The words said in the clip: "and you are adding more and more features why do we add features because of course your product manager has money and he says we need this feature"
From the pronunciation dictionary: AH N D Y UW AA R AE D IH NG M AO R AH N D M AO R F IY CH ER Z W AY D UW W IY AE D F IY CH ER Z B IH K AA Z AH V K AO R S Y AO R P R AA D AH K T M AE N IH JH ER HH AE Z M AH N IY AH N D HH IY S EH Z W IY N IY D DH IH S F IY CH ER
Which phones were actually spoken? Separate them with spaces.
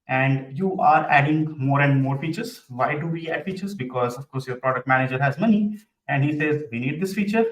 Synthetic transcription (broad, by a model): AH N D Y UW AA R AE D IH NG M AO R AH N D M AO R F IY CH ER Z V AY D UW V IY AE D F IY CH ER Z B IH K AA Z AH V K AO R S Y AO R P R AA D AH K T M AE N IH JH ER HH AE Z M AH N IY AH N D HH IY S EH Z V IY N IY D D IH S F IY CH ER